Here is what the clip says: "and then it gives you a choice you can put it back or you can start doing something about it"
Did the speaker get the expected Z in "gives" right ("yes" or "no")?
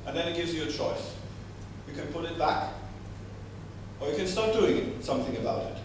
yes